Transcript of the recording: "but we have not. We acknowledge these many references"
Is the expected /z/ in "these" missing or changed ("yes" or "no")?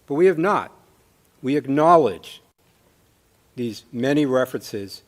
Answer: no